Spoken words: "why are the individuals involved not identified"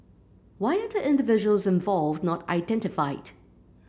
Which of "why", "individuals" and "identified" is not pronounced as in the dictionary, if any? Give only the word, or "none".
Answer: none